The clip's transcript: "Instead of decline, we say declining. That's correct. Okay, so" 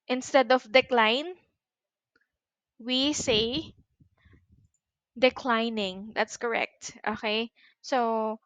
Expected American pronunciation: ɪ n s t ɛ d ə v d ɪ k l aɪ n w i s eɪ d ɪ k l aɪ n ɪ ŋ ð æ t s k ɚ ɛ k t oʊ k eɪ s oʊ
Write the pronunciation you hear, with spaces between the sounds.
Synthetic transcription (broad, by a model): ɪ n s t ɛ d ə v d ɪ k l aɪ n w i s eɪ d ɪ k l aɪ n ɪ ŋ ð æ t s k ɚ ɛ k t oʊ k eɪ s oʊ